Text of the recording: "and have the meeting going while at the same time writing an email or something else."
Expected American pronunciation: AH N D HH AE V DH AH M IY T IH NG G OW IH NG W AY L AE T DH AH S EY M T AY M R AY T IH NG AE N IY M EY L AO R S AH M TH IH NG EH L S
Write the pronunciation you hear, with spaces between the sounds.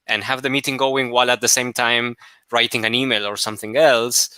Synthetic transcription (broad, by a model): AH N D HH AE V DH AH M IY T IH NG G OW IH NG W AY L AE T DH AH S EY M T AY M R AY T IH NG AE N IY M EY L AO R S AH M TH IH NG EH L S